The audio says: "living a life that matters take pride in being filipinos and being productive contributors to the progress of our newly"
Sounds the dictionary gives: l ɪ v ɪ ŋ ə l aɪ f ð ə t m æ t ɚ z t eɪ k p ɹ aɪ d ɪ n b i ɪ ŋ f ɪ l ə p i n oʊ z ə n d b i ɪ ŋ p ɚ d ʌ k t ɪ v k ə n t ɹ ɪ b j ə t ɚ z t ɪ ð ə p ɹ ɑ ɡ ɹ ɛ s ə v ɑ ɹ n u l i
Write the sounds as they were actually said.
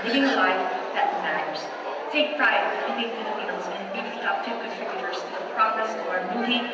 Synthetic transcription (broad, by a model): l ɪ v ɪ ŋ ə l aɪ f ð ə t m æ t ɚ z t eɪ k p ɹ aɪ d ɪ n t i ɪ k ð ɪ n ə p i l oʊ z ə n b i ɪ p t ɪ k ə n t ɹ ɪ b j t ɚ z t ɪ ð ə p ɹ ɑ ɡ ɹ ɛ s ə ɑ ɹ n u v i